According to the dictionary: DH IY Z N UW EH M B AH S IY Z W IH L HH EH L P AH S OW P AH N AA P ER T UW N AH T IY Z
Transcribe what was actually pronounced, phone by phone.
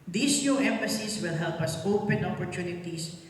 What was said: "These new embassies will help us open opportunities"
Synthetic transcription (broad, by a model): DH IY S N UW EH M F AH S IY S W IH L HH EH L P AH S OW P AH N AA P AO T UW N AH T IY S